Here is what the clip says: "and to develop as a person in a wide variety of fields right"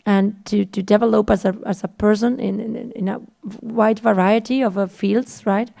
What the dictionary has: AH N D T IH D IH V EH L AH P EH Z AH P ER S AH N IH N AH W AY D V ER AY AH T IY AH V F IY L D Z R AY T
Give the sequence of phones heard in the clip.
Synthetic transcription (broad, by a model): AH N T T IH D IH V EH L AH P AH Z AH P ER S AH N IH N AH W AY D V ER AY AH T IY AH V F IY L D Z R AY T